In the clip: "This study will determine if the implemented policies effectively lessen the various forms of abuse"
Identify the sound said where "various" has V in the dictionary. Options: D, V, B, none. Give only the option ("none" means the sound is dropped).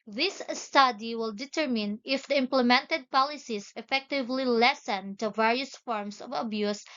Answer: V